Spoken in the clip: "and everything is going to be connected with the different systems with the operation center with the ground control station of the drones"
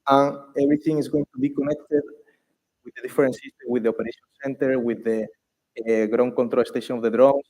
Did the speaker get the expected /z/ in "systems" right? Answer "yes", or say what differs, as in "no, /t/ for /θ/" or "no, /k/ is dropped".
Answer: no, /z/ is dropped